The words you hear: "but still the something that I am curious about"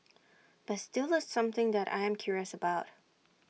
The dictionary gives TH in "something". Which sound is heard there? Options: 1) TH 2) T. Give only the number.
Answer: 1